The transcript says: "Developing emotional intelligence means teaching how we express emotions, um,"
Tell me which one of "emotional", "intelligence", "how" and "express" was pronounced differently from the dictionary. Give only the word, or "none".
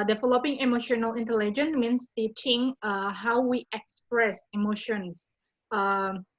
intelligence